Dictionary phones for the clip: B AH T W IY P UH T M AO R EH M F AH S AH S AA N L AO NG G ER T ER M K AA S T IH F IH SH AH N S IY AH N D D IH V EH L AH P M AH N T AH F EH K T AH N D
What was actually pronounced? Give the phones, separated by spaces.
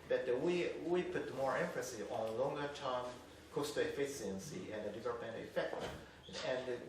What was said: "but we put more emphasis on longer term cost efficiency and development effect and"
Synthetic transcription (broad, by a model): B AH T W IY P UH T M AO R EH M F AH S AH AA N L AO NG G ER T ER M K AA S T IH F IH S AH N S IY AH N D D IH V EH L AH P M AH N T AH F EH K T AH N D